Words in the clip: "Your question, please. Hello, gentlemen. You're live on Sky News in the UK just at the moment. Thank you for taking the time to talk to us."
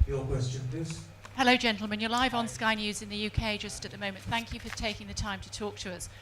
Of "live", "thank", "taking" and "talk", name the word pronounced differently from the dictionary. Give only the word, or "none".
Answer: none